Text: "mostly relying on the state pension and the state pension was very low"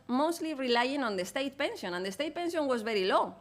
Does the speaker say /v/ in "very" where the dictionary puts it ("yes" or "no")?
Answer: no